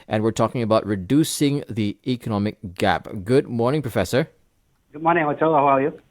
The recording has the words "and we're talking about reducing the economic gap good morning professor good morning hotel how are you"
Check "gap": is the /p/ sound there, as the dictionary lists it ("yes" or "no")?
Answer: yes